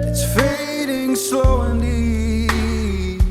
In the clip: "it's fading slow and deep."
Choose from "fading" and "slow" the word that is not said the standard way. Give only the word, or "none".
slow